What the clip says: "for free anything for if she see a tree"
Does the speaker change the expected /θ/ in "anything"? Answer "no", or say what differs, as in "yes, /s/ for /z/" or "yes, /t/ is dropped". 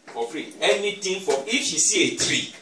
yes, /t/ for /θ/